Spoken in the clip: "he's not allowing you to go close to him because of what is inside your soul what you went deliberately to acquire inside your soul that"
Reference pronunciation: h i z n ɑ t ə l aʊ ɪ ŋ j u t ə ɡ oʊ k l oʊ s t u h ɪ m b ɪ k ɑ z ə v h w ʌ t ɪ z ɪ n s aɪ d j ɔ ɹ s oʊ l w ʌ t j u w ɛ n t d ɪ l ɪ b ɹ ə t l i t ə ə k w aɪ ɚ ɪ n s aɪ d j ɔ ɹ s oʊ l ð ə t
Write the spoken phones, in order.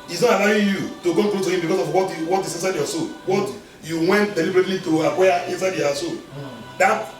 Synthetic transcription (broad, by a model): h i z n ɑ t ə l aʊ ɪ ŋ j u t ə ɡ oʊ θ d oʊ t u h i m b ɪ k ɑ s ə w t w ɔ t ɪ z ɪ n s aɪ d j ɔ s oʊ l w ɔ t j u w ɛ n t d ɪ l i b ɹ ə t l i t ə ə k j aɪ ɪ n s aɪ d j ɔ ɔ s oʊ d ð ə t